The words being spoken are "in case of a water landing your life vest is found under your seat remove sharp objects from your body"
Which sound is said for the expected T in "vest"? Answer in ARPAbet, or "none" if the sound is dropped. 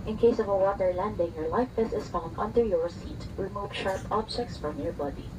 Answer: none